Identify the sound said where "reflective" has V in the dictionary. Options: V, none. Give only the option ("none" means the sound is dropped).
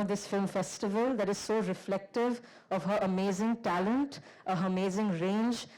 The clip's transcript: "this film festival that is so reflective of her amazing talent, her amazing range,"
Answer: V